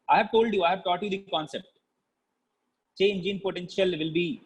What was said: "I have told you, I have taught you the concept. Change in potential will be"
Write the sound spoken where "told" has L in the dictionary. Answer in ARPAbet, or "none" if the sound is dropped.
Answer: L